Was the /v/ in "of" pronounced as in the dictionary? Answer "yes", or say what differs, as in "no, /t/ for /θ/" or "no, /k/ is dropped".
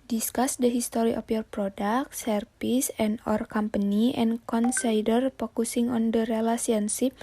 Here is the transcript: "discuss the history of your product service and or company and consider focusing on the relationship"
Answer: no, /p/ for /v/